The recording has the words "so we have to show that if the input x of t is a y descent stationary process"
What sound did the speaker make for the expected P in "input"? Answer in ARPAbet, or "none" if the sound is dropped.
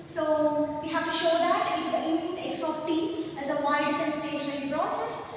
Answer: none